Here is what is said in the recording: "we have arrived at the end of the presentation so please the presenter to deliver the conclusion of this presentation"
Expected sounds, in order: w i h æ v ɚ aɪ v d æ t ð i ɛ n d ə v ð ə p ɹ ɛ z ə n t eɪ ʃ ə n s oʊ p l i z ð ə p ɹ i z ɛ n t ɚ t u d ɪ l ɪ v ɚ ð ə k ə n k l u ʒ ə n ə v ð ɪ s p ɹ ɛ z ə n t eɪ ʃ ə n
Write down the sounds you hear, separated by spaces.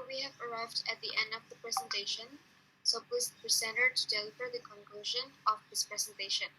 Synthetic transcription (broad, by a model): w i h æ v ɚ aɪ v d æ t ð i ɛ n d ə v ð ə p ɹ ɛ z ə n t eɪ ʃ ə n s oʊ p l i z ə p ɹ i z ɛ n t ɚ t u d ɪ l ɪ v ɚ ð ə k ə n k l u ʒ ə n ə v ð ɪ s p ɹ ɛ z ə n t eɪ ʃ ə n